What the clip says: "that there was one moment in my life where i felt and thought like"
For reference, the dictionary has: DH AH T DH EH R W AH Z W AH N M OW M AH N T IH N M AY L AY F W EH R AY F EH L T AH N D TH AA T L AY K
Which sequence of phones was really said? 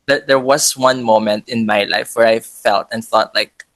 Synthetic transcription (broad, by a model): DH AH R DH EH R W AH Z W AH N M OW M AH N T IH N M AY L AY F W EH R AY F EH L T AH N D TH AA T L AY K